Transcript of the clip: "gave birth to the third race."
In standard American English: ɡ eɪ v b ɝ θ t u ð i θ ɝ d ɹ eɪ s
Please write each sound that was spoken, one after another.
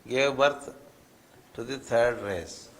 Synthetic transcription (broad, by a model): ɡ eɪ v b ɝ t t u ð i t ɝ d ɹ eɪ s